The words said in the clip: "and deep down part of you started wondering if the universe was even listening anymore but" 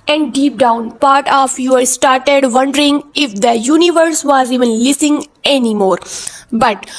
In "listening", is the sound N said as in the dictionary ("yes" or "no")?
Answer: no